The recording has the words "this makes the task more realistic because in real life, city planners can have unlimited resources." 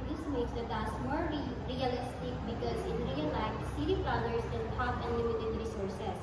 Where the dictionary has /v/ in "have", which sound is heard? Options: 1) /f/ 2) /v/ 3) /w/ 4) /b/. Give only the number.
1